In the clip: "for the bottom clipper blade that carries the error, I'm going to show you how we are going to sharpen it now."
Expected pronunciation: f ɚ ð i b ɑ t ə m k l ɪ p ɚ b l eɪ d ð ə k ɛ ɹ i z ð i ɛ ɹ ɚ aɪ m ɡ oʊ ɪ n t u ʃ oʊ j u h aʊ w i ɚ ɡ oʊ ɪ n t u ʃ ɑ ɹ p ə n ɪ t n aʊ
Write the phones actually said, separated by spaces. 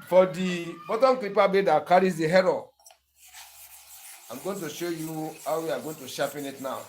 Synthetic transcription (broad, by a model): f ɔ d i b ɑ t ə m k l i p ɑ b eɪ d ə k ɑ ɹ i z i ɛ ɹ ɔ aɪ m ɡ oʊ ɪ n t u ʃ oʊ j u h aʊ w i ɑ ɡ oʊ ɪ n t u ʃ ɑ p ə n ɪ t n aʊ